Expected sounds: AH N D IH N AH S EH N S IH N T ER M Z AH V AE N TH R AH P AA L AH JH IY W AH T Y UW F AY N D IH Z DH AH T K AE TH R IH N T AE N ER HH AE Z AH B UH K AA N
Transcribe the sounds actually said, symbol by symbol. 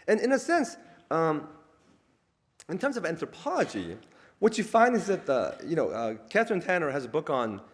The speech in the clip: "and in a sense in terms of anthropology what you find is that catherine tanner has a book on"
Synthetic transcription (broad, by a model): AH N IH N AH S EH N S IH N T ER M Z AH V AE N TH R AH P AA L AH JH IY W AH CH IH F AY N D IH Z DH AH T K AE TH R IH N T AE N ER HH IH Z AH B UH K N